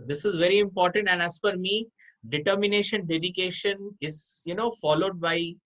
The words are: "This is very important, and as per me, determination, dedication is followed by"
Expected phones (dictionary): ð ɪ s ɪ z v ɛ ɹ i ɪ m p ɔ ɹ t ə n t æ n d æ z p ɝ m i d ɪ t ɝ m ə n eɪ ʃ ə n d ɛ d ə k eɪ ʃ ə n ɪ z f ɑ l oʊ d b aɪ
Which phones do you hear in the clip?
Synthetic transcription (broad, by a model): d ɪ s ɪ z v ɛ ɹ i ɪ m p ɔ ɹ t ə n t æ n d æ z f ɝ m i d ɪ t ɝ m ə n eɪ ʃ ə n d ɛ d ə k eɪ ʃ ə n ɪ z f ɑ l oʊ d b aɪ